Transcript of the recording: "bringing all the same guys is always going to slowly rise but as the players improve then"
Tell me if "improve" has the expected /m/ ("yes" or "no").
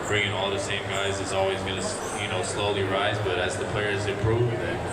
no